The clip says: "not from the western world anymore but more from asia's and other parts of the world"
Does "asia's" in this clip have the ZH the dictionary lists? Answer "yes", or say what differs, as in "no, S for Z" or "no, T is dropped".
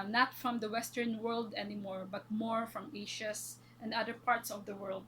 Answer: no, SH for ZH